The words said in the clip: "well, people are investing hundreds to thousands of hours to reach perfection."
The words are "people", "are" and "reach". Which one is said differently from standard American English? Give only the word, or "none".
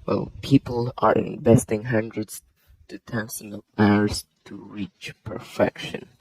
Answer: none